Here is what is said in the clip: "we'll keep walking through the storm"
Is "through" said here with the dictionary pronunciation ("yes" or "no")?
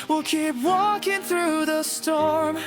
yes